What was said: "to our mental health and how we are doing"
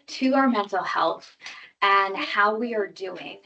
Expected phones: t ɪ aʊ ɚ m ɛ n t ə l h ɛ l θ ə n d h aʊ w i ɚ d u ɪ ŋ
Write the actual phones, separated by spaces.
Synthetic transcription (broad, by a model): t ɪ aʊ ɚ m ɛ n t l h ɛ l θ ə n h aʊ w i ɚ d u ɪ ŋ